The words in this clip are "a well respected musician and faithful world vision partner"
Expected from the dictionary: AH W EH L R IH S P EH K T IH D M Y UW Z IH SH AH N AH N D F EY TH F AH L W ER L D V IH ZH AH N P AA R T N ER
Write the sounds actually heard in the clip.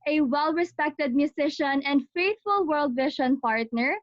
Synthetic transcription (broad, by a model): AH W EH L R IH S P EH K T IH D M Y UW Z IH SH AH N AH N D F EY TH F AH L W ER L D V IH SH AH N P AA R T N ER